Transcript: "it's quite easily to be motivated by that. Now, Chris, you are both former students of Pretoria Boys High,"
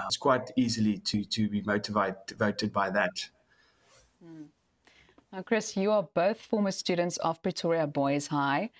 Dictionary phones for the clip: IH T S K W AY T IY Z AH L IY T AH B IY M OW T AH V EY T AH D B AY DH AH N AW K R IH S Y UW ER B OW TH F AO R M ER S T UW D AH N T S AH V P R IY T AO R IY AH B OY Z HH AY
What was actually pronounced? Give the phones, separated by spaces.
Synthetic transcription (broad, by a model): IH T S K W AY T IY Z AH L IY T AH B IY M OW T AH V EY T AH D B AY DH AH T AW K R IH S Y UW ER B OW TH F AO M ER S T UW D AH N T S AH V P R IY T AO R IY AH B OY Z HH AY